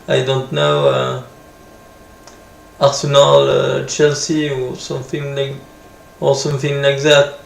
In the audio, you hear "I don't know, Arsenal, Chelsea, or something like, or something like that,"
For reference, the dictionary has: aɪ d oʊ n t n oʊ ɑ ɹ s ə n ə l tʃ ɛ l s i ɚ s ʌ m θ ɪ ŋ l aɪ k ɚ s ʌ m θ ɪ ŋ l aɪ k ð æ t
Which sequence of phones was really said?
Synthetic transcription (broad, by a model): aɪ d oʊ n t n oʊ ɑ ɹ s ə n ə l tʃ ɛ l s i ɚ s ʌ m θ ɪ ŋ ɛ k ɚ s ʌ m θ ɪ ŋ n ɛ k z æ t